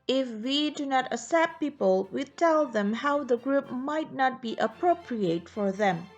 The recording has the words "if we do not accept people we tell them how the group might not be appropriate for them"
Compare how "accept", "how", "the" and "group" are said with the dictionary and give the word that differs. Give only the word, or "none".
accept